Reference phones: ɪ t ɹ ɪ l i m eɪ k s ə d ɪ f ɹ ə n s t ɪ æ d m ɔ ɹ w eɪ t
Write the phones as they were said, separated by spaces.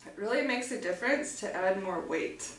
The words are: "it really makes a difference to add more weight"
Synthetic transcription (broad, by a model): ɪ t ɹ ɪ l i m eɪ k s ə d ɪ f ɹ ə n s t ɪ æ d m ɔ ɹ w eɪ t